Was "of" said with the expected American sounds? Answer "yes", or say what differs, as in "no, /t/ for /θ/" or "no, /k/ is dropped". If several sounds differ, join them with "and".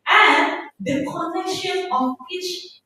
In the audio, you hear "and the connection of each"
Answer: no, /w/ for /v/